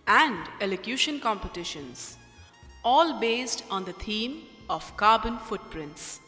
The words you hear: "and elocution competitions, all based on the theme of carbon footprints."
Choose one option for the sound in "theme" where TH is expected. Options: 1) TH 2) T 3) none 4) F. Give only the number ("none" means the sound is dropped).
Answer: 2